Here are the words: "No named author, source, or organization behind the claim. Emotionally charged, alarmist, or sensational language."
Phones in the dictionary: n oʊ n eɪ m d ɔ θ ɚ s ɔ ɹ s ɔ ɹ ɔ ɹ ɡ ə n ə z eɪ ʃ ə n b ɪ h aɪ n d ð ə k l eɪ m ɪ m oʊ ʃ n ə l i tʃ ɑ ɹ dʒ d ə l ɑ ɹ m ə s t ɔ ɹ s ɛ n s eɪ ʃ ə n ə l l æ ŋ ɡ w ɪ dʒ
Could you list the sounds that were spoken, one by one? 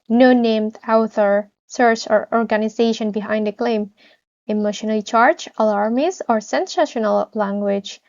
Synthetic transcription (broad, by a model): n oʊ n eɪ m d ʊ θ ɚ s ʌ ɹ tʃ ɔ ɹ ɔ ɹ ɡ ə n ə z eɪ ʃ ə n b ɪ h aɪ n d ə k l eɪ m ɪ m oʊ ʃ n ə l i tʃ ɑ ɹ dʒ ə l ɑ ɹ m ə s ɔ ɹ s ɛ n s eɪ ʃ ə n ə l l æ ŋ ɡ w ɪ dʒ